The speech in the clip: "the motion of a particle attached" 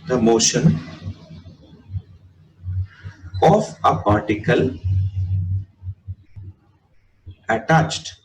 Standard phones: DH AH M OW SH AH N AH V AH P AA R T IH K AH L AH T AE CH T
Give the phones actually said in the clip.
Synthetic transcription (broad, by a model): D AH M OW SH AH N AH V AH P AA R T IH K AH L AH T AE CH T